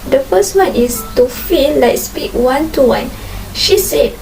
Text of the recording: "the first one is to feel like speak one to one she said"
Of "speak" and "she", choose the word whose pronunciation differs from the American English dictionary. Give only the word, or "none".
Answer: none